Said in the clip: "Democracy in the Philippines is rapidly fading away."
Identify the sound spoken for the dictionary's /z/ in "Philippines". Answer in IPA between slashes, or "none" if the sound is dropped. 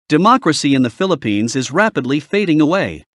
/z/